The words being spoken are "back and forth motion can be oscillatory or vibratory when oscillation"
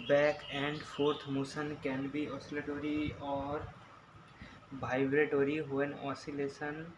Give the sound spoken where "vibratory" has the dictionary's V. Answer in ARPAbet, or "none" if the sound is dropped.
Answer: B